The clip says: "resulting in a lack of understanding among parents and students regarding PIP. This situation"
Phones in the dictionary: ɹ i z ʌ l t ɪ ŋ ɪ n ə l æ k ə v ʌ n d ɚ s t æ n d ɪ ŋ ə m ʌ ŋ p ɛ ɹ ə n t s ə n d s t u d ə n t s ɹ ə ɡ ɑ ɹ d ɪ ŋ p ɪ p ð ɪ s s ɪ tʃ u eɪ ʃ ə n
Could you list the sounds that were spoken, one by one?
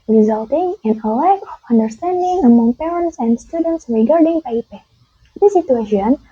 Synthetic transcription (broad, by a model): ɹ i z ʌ l t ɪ ŋ ɪ n ə l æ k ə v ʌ n d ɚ s t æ n d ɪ ŋ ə m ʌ ŋ p ɛ ɹ ə n t s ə n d s t u d ə n t s ɹ ə ɡ ɑ ɹ d ɪ ŋ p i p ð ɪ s s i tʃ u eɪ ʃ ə n